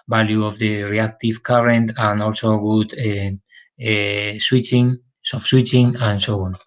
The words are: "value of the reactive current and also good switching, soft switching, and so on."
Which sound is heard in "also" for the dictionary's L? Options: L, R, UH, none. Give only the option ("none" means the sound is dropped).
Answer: L